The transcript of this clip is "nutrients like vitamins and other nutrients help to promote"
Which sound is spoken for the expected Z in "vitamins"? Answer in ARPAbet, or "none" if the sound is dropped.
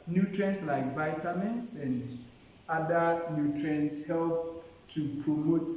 S